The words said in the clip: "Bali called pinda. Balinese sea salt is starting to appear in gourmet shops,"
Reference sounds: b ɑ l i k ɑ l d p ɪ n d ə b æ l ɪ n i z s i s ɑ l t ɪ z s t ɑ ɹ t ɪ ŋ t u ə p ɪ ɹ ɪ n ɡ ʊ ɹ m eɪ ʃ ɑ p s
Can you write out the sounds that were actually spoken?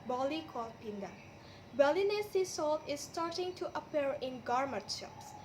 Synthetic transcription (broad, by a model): b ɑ l i k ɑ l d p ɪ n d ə b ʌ l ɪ n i s i s ɑ l t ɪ s t ɑ ɹ t ɪ ŋ t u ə p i ɹ ɪ n ɡ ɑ ɹ m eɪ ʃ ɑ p s